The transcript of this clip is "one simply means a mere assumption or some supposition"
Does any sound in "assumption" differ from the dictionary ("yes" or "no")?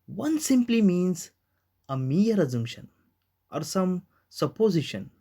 yes